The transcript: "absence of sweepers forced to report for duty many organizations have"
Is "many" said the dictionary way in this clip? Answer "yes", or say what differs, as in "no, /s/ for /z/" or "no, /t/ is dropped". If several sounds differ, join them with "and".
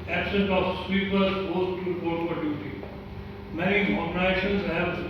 no, /n/ is dropped